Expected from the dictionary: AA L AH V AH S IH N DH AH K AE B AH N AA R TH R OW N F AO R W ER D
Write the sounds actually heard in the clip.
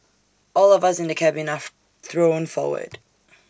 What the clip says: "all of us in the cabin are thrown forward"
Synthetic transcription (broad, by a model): AA L AH V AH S IH N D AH K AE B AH N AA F TH R OW N F AO W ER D